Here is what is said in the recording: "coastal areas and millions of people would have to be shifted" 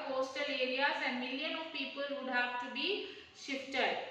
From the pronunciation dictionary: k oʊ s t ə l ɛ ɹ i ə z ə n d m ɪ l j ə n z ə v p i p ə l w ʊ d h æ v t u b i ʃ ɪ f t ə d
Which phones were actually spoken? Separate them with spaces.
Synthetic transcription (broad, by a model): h oʊ s t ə l ɛ ɹ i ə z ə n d m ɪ l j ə n ə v p i p ə l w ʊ d h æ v t u b i ʃ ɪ f t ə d